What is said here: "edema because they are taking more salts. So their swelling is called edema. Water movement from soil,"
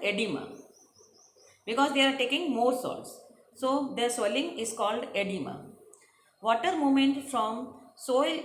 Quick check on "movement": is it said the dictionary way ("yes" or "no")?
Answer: no